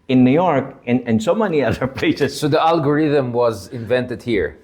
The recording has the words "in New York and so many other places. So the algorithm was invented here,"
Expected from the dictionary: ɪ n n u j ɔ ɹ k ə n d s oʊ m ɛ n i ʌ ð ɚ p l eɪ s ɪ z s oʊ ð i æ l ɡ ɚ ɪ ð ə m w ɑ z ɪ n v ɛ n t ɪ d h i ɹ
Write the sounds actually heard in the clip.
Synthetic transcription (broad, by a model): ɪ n n u j ɔ ɹ k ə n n s oʊ m ɛ n i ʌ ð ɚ p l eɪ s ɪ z s oʊ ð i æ l ɡ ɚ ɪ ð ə m w ɑ z ɪ n v ɛ n t ɪ d h i ɹ